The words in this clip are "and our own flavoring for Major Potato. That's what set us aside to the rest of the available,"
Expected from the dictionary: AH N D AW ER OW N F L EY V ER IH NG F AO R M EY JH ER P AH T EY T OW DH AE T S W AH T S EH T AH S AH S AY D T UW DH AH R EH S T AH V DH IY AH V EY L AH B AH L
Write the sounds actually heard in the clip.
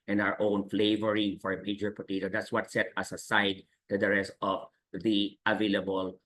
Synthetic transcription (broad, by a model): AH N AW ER OW N F L EY V ER IH NG F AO R M EY JH ER P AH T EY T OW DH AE T S W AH T S EH T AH S AH S AY D T UW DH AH R EH S T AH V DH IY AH V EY L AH B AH L